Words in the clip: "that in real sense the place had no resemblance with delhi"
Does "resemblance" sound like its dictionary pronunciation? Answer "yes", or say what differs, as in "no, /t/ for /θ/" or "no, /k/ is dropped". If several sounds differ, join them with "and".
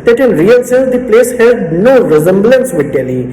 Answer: yes